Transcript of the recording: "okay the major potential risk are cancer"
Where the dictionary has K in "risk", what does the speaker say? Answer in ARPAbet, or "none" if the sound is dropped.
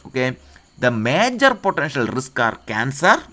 K